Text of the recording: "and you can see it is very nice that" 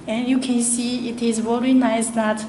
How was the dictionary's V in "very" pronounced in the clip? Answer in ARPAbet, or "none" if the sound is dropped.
W